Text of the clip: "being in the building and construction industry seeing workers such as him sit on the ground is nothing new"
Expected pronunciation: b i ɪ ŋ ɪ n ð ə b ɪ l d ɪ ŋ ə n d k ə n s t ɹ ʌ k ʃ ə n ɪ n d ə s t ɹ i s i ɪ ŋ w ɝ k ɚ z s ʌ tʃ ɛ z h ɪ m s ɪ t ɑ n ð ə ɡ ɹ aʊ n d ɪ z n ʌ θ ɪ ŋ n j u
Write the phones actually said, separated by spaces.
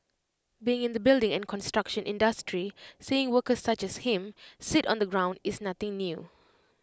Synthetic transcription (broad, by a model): b i ɪ ŋ ɪ n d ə b ɪ l d ɪ ŋ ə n k ə n s t ɹ ʌ k ʃ ə n ɪ n d ə s t ɹ i s i ɪ ŋ w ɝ k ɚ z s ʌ tʃ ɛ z h ɪ m s ɪ t ɑ n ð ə ɡ ɹ aʊ n d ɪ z n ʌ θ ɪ ŋ n j u